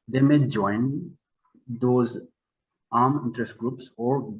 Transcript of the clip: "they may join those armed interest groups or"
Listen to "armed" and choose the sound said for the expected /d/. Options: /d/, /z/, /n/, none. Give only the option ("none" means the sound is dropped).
none